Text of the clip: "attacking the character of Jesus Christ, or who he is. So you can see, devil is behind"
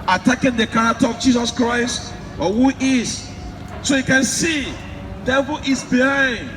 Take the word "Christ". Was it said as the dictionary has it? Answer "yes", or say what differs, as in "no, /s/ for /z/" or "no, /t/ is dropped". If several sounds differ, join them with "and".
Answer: yes